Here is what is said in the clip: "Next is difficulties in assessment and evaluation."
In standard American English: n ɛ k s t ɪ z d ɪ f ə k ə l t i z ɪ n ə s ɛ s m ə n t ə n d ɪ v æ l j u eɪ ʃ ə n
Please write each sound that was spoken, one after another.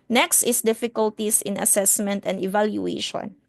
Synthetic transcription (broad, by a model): n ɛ k s t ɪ s d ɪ f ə k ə l t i s ɪ n ə s ɛ s m ə n t ə n d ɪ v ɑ l j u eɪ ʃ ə n